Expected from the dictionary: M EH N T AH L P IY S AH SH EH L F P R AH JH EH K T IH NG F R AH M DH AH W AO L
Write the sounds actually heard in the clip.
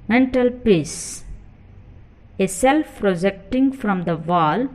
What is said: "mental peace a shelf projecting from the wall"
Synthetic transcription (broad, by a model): M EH N T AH L P IY S AH S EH L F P R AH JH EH K T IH NG F R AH M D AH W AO L